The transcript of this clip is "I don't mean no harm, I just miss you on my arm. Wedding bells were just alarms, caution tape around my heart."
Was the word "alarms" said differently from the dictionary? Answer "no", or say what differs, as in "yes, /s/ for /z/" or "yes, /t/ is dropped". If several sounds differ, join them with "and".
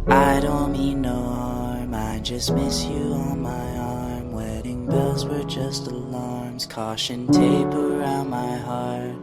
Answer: no